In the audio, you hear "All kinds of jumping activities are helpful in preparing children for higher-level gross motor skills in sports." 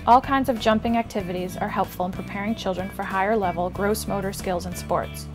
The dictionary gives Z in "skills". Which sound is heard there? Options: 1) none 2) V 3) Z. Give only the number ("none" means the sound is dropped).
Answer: 3